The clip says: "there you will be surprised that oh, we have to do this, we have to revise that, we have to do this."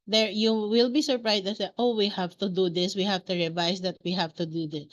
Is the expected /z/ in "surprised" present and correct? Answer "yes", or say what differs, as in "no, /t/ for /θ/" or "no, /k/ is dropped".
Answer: no, /s/ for /z/